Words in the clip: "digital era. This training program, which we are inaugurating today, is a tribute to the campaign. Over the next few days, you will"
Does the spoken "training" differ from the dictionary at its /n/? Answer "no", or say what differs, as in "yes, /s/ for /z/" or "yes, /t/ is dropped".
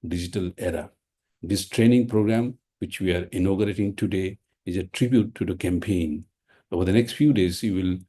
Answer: no